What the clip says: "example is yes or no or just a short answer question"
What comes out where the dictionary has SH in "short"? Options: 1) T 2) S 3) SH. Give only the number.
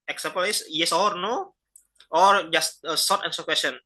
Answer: 2